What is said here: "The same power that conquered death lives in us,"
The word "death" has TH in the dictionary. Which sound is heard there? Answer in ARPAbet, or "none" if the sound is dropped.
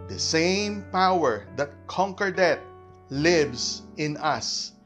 T